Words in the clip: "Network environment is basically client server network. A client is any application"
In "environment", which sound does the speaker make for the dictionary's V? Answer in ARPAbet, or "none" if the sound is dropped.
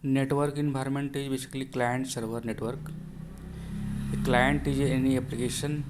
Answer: B